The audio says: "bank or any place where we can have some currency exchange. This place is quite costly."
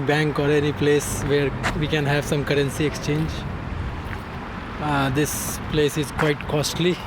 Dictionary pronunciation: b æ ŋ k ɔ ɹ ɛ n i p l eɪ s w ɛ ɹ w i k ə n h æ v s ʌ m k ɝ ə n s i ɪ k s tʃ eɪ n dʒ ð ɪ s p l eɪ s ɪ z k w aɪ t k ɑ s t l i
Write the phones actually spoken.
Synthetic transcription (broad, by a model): b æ ŋ k ɔ ɹ ɛ n i p l eɪ s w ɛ ɹ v i k ə n h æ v s ʌ m k ɝ ə n s i ɪ k s tʃ eɪ n dʒ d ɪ s p l eɪ s ɪ z k w aɪ t k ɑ s t l i